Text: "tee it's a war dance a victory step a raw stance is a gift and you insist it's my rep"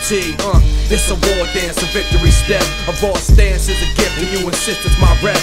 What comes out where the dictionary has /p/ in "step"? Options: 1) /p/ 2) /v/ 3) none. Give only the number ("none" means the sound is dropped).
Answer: 3